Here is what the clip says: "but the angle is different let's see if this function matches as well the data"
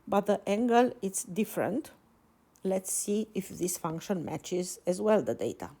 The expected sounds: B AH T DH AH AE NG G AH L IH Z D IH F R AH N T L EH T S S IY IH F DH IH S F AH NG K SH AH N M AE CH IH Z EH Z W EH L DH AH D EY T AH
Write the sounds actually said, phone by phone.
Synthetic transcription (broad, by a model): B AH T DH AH AE NG G AH L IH S D IH F R AH N T L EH T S S IY IH F DH IH S F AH NG K SH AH N M AE CH IH Z EH Z W EH L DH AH D EY T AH